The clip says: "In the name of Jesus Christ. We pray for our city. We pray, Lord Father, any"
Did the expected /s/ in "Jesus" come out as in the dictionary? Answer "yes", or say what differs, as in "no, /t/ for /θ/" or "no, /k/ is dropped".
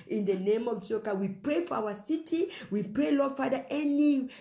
no, /s/ is dropped